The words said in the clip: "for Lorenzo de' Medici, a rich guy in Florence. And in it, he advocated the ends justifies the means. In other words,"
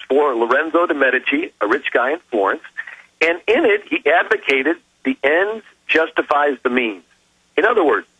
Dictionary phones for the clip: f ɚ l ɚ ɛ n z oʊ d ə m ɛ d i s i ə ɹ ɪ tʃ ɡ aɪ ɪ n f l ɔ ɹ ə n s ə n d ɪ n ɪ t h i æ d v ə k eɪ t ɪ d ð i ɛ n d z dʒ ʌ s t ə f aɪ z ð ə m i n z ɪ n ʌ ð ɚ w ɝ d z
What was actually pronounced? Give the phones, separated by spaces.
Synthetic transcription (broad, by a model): f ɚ l ɚ ɛ n z oʊ d ə m ɛ d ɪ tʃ i ə ɹ ɪ tʃ ɡ aɪ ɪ n f l ɔ ɹ ə n s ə n ɪ n ɪ t h i æ d v ə k eɪ t ɪ d ð i ɛ n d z dʒ ʌ s t ə f aɪ z ð ə m i n z ɪ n ʌ ð ɚ w ɝ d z